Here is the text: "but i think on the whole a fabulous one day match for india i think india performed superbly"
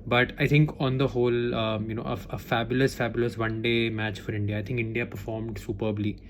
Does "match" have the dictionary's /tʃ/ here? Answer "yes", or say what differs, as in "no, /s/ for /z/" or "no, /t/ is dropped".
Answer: yes